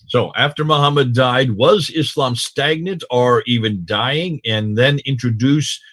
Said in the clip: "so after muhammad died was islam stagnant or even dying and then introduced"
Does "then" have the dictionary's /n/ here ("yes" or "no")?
yes